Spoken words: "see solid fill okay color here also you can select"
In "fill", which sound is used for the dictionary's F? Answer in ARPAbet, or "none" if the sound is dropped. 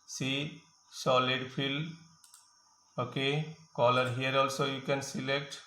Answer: P